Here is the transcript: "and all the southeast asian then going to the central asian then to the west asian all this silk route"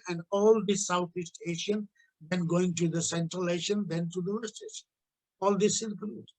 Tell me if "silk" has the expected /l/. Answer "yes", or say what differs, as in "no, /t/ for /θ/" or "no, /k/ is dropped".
no, /n/ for /l/